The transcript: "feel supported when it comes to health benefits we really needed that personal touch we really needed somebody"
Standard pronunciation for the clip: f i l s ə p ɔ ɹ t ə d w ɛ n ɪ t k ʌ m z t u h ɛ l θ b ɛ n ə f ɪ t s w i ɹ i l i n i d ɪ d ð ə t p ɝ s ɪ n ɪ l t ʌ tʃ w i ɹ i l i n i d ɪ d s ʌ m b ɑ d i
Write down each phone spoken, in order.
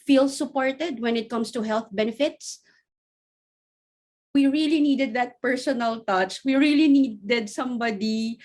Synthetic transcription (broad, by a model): f i l s ə p ɔ ɹ t ə d w ɛ n ɪ t k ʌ m s t u h ɛ l θ b ɛ n ə f ɪ t s w i ɹ i l i n i d ɪ d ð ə t p ɝ s ɪ n ɪ l t ʌ tʃ w i ɹ i l i n i d ɪ d s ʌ m b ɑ d i